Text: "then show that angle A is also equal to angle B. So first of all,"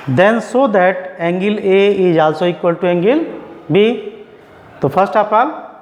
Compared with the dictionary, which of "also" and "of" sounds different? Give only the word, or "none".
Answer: of